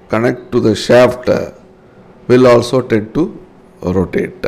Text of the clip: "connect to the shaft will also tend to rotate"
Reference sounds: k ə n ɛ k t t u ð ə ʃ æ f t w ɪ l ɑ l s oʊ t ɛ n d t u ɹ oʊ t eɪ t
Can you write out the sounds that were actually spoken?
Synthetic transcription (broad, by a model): k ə n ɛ k t t u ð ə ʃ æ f t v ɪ l ɑ l s oʊ t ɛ d t u ɹ oʊ t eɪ t